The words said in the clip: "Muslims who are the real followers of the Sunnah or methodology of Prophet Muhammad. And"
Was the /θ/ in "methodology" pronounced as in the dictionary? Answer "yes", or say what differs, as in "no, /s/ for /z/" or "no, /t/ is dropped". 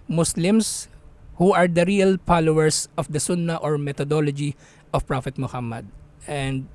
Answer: no, /t/ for /θ/